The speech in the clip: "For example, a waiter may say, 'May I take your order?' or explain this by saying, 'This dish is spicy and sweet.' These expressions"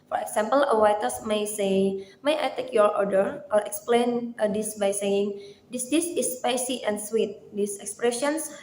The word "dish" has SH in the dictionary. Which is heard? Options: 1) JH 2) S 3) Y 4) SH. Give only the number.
2